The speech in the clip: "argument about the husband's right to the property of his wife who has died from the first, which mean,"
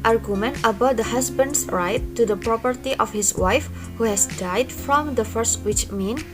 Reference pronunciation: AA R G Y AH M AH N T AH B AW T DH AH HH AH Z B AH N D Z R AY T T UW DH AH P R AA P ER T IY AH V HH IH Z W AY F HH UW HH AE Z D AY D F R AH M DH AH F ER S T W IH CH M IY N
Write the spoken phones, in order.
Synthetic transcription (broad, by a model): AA R G Y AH M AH N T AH B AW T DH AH HH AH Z B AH N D S R AY T T UW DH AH P R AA P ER T IY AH F HH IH S W AY F HH UW HH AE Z D AY D F R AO M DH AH F ER S T W IH CH M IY N